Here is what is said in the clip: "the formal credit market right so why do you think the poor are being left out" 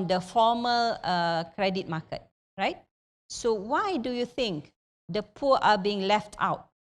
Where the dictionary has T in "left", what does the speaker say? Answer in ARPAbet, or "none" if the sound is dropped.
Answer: T